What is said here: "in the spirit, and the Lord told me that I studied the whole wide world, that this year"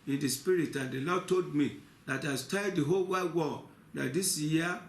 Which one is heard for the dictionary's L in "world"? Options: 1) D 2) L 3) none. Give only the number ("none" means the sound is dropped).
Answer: 3